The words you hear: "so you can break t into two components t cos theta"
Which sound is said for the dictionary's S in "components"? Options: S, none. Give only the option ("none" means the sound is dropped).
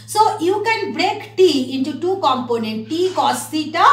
none